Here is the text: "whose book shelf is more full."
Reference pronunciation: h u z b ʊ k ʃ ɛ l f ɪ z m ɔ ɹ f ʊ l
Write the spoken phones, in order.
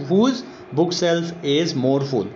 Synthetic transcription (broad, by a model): h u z b ʊ k s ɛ l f ɪ z m ɔ ɹ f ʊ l